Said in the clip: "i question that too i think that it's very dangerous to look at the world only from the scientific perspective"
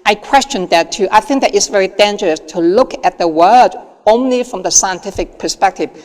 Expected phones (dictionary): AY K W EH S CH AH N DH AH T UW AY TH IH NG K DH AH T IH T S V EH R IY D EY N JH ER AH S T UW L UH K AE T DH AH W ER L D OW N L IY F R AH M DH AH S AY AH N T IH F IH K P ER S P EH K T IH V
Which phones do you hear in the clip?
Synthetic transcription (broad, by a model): AY K W EH S CH AH N DH AH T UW AY TH IH NG K DH AH T IH T S V EH R IY D EY N JH ER AH S T UW L UH K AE T DH AH W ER D OW N L IY F R AH M DH AH S AY AH N T IH F IH K P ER S P EH K T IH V